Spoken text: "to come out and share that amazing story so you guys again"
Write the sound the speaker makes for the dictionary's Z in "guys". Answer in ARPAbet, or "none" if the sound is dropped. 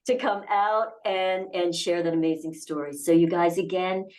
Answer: Z